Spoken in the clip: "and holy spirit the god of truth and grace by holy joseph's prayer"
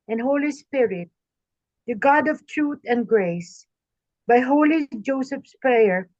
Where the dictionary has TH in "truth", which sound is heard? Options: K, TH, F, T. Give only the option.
T